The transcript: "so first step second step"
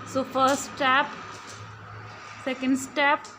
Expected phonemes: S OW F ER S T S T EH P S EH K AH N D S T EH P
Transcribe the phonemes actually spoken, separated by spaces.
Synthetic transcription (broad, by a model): S OW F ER T S T EH P S EH K AH N D S T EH P